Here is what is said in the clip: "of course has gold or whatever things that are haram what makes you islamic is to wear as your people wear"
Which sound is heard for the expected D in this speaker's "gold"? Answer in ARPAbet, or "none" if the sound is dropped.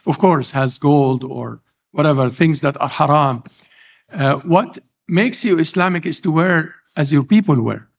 D